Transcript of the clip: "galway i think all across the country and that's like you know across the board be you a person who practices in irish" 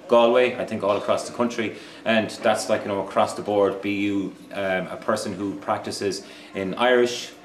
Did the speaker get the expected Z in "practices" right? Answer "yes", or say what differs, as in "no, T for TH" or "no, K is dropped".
yes